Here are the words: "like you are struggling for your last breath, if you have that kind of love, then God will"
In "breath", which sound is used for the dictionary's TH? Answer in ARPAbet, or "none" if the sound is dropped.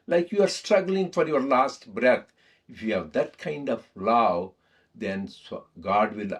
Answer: T